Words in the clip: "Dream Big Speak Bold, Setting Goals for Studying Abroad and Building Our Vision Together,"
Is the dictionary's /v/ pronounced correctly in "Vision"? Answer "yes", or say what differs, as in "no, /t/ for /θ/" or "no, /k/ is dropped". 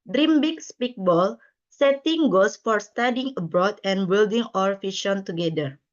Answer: no, /f/ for /v/